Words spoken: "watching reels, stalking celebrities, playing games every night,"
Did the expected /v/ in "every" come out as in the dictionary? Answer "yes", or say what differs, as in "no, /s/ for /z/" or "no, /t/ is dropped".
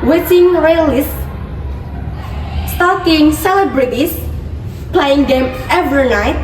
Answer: yes